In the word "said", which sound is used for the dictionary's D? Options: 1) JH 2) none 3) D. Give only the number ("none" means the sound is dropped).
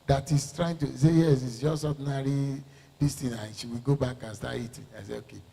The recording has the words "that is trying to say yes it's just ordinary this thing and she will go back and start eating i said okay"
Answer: 2